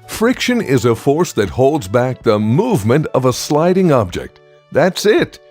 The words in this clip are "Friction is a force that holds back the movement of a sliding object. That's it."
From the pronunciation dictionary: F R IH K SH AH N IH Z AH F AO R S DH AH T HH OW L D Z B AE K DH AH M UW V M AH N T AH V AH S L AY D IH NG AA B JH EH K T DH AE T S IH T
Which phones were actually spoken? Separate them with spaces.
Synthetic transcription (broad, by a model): F R IH K SH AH N IH Z AH F AO R S DH AH T HH OW L D Z B AE K DH AH M UW V M AH N T AH V AH S L AY D IH NG AA B JH EH K T DH AE T S IH T